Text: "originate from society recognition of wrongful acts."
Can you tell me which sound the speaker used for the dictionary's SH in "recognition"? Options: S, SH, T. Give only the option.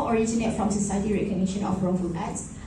SH